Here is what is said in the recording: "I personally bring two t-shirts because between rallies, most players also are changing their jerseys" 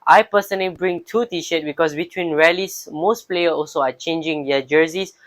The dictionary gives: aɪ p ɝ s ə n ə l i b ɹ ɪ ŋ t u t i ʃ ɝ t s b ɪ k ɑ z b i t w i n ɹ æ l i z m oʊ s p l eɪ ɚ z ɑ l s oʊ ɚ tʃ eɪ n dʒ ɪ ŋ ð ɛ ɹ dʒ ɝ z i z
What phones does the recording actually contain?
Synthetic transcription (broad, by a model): aɪ p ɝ s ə n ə l i b ɹ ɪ ŋ t u t i ʃ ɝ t b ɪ k ɑ s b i t w i n ɹ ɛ l i s m oʊ s p l eɪ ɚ ɑ l s oʊ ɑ tʃ eɪ n dʒ ɪ ŋ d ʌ dʒ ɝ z i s